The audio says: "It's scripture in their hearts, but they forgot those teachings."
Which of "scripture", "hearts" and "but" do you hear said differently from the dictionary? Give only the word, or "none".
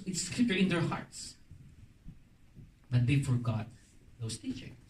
scripture